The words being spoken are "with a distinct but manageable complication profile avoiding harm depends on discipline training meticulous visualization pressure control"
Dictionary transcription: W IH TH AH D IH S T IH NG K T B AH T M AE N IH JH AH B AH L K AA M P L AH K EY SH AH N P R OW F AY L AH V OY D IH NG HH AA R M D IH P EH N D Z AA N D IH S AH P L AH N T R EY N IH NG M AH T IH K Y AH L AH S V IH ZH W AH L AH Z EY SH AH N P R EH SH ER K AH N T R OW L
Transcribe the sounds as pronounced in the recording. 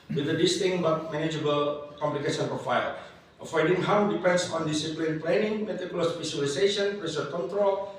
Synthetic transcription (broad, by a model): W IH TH AH D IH S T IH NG B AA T M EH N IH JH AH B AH L K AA M P L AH K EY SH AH N P R OW F AY L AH F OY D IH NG HH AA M D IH P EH N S AA N D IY S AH P L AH N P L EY N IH NG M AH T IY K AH L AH S P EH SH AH L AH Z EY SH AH N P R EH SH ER K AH N T R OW L